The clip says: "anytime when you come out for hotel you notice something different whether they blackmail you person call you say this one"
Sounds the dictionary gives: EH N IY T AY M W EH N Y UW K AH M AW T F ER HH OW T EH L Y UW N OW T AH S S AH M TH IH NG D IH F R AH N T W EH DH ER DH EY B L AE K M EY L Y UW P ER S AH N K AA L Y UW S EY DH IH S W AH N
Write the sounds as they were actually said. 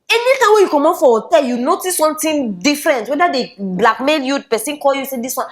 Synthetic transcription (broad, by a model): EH N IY T AY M W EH Y UW K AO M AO F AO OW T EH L Y UW N OW T AH S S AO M T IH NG D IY F R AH N T W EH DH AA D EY B L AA K M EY L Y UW P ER S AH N K AA L Y UW S EY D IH S W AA N